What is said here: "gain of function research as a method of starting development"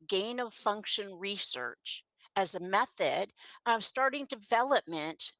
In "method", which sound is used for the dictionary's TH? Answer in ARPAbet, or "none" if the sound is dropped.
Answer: TH